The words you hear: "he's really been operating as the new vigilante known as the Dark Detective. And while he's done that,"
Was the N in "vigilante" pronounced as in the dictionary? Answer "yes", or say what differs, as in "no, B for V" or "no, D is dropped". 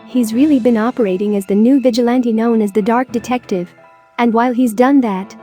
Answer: yes